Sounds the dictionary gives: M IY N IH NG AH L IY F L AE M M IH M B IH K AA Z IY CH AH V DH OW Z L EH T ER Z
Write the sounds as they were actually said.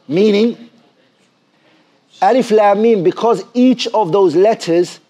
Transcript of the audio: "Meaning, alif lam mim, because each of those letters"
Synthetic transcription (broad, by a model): M IY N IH NG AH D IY F L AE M M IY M B IH K AA Z IY CH AH V DH OW Z L EH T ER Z